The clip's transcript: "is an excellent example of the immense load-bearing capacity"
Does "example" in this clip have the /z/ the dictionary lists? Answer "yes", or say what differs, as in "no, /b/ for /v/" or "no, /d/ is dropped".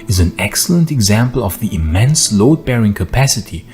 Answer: yes